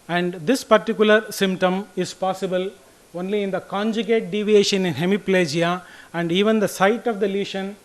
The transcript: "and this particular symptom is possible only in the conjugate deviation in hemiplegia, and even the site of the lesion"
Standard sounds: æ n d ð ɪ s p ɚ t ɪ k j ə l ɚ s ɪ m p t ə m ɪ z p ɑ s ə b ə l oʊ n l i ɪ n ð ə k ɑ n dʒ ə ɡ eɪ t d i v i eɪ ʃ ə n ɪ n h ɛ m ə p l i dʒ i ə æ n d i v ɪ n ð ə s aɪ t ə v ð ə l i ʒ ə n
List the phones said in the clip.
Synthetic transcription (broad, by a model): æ n d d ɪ s p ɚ t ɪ k j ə l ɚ s ɪ m p t ə m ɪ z p ɑ s ə b ə l oʊ n l i ɪ n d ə k ɑ n dʒ ə ɡ eɪ t d i v i eɪ ʃ ə n ɪ n h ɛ m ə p l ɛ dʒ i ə æ n d i v ɪ n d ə s aɪ t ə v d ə l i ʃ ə n